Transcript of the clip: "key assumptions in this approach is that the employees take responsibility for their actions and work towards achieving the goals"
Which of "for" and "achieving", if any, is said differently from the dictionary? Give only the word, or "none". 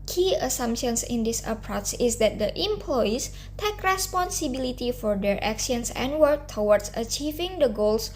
none